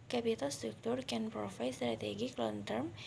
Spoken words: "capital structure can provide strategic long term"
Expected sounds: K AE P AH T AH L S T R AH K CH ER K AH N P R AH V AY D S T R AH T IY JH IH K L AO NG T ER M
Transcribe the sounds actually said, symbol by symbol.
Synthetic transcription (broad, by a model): K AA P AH T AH L S T R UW K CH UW K AH N P R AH F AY S T R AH T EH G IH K L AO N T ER M